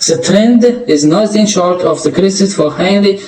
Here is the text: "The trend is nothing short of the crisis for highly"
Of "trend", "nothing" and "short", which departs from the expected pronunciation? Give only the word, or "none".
nothing